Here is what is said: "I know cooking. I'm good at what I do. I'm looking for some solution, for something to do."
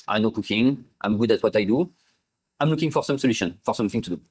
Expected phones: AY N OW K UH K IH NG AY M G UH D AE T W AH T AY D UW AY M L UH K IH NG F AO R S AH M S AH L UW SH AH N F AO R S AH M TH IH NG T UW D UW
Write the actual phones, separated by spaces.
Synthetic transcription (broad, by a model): AY N OW K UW K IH NG AY M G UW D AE T W AH T AY D UW AY M L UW K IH NG F AO R S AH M S AH L UW SH AH N F AO R S AH M TH IH NG T UW D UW